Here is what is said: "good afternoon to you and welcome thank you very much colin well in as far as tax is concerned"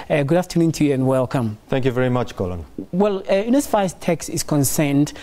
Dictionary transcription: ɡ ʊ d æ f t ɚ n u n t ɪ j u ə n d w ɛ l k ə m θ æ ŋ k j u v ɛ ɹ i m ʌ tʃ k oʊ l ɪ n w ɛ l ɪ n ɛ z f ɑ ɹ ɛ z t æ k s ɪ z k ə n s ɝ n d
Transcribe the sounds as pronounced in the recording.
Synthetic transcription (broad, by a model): ɡ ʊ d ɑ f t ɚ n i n t ɪ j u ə n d w ɛ l k ə m θ æ ŋ k j u v ɛ ɹ i m ʌ tʃ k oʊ l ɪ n w ɛ l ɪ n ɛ s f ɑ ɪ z t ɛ k s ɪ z k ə n s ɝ n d